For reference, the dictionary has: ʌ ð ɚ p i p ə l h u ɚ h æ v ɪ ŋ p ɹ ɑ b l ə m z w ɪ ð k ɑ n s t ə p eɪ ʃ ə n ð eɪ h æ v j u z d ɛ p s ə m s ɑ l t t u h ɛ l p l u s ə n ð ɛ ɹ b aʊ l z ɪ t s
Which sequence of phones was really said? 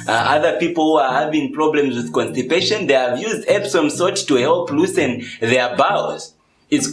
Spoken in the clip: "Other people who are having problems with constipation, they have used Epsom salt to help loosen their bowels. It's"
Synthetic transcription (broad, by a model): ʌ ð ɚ p i p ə l h u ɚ h æ v ɪ ŋ p ɹ ɑ b l ə m z w ɪ ð k ɑ n s t ə p eɪ ʃ ə n ð eɪ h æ v j u z d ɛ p s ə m s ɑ t t u h ɛ l p l u s ə n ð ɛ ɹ b aʊ z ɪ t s